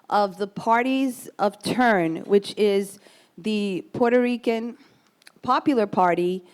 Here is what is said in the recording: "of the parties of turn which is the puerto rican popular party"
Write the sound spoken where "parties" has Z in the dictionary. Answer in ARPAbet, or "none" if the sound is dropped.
Z